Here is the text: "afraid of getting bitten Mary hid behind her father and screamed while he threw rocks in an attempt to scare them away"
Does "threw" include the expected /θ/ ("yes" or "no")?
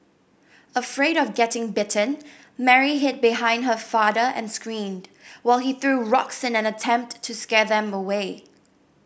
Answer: yes